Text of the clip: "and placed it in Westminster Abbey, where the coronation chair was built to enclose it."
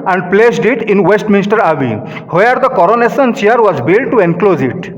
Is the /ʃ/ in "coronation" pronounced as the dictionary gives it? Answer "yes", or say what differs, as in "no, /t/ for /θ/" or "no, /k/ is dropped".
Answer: no, /s/ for /ʃ/